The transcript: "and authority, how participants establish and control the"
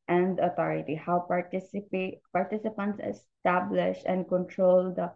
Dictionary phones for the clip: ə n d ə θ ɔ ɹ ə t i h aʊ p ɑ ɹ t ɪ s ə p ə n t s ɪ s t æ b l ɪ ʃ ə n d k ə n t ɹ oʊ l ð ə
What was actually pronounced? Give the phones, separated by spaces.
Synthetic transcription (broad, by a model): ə n d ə t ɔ ɹ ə t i h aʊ p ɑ ɹ t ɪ s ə p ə n t s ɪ s t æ b l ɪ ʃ ə n d k ə n t ɹ oʊ l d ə